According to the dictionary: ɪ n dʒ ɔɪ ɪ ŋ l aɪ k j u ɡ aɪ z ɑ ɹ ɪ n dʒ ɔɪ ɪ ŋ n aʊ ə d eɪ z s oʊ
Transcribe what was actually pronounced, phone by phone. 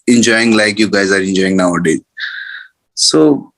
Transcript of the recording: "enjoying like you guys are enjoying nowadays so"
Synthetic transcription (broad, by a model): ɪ n dʒ ɔɪ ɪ ŋ l aɪ k j u ɡ aɪ z ɑ ɹ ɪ n dʒ ɔɪ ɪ ŋ n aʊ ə d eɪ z s oʊ